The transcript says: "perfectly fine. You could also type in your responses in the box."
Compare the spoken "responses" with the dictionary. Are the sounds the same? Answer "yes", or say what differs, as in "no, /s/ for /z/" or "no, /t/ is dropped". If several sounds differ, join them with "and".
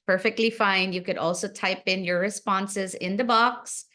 yes